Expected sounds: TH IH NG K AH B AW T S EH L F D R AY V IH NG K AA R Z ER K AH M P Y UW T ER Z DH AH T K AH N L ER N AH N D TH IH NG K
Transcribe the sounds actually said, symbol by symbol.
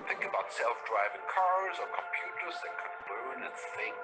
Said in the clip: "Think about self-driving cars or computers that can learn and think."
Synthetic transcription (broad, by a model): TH IH NG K AH B AW T S EH L F D R AY V IH NG K AA R Z ER K AH M P Y UW T ER Z DH AH T K AH N L ER N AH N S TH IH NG